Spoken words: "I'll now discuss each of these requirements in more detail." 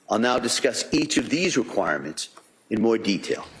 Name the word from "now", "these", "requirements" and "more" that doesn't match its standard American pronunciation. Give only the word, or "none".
none